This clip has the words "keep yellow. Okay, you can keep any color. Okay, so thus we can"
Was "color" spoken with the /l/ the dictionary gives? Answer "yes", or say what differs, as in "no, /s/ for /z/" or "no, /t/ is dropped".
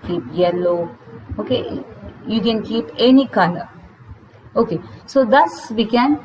no, /n/ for /l/